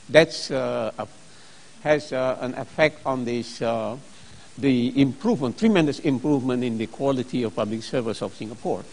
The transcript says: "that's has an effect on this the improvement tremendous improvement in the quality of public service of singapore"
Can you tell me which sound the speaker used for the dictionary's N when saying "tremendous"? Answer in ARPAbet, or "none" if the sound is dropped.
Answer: N